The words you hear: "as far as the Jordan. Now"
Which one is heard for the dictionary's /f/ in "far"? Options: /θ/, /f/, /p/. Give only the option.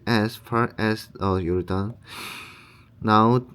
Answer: /f/